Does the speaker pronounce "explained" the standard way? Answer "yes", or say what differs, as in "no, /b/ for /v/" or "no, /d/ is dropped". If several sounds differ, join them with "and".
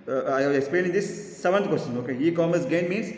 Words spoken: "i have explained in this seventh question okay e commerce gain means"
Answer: no, /d/ is dropped